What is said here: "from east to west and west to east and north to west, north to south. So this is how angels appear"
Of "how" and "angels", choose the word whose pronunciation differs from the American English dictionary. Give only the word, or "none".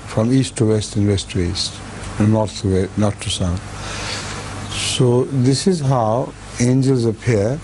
none